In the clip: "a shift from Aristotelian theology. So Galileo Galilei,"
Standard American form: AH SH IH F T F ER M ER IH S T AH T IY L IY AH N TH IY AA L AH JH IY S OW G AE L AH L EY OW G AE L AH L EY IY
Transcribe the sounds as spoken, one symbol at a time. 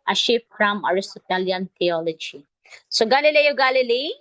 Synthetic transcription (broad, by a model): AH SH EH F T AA M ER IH S T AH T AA L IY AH N T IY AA L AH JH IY S OW G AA L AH L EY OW G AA L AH L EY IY